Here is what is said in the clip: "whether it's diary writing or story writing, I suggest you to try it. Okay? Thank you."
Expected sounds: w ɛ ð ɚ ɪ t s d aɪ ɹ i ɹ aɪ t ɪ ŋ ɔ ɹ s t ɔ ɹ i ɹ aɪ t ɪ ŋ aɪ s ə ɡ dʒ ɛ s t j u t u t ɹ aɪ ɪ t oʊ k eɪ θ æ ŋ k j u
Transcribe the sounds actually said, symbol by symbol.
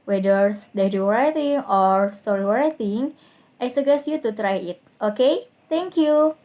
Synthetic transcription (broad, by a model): w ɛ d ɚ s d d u w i ɹ aɪ t ɪ ŋ ɔ ɹ s t ɔ ɹ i ɹ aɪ t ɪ ŋ aɪ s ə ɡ ɛ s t j u t u t ɹ aɪ ɪ t oʊ k eɪ t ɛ ŋ k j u